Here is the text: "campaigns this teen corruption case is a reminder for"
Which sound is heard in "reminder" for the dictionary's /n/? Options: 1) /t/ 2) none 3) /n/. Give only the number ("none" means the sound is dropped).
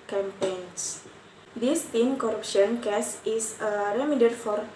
2